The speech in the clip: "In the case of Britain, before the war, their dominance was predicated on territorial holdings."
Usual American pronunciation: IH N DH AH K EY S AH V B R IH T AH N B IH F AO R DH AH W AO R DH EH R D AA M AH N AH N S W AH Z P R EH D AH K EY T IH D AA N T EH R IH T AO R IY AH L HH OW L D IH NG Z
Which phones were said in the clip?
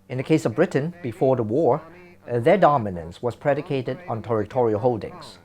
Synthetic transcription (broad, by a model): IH N DH AH K EY S AH V B R IH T N B IH F AO R DH AH W AO R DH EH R D AA M AH N AH N S W AH Z P R EH D AH K EY T IH D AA N T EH R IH T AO R IY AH L HH OW L D IH NG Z